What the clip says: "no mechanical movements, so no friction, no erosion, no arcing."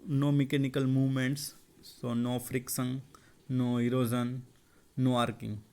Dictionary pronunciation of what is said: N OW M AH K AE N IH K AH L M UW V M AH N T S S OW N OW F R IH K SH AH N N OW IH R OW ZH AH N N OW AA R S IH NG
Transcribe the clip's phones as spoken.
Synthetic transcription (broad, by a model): N OW M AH K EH N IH K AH L M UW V M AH N T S S OW N OW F R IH K S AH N N OW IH R OW Z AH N N OW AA R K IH NG